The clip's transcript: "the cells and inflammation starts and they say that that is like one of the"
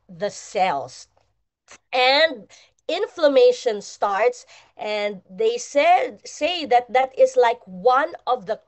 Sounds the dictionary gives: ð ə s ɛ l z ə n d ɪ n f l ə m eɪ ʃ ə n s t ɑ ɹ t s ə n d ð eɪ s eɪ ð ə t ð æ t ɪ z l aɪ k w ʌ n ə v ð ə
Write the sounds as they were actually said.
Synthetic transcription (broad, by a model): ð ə s ɛ l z ə n d ɪ n f l ə m eɪ ʃ ə n s t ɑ ɹ t s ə n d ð eɪ s eɪ ð ə t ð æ t ɪ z l aɪ k w ʌ n ə v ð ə